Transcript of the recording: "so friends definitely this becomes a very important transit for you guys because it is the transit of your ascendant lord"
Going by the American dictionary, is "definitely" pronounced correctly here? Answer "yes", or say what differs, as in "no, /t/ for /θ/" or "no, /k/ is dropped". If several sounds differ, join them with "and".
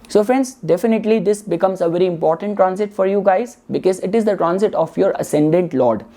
yes